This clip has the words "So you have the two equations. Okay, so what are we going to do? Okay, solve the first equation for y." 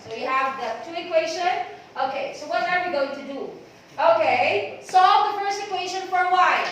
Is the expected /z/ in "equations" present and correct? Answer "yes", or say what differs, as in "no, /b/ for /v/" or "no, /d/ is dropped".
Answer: no, /z/ is dropped